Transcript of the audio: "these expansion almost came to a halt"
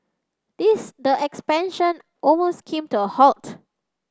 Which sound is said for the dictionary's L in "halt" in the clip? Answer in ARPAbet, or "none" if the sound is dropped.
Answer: L